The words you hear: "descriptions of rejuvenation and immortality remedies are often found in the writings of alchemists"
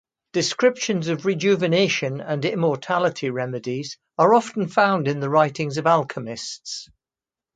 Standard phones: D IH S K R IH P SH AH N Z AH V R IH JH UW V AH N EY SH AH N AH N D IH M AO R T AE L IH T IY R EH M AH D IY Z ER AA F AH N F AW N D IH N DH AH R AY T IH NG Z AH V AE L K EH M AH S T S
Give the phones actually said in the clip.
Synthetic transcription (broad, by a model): D IH S K R IH P SH AH N Z AH V R IH JH UW V AH N EY SH AH N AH N IH M AO R T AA L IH T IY R EH M AH D IY Z ER AA F AH N F AW N D IH N DH AH R AY T IH NG Z AH V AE L K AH M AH S T S